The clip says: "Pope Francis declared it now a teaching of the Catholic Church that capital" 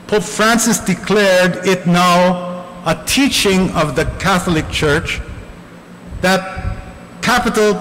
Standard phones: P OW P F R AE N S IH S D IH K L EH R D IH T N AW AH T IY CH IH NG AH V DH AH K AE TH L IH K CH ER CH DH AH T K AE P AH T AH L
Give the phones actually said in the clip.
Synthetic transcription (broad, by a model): P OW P F R AE N S IH S D IH K L EH R D IH T N AW AH T IY CH IH NG AH V DH AH K AE TH L IH K CH ER CH DH AH T K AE P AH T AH L